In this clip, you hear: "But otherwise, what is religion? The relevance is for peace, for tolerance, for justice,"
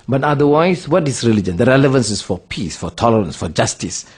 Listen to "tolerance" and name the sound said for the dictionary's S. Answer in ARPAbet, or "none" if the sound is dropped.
S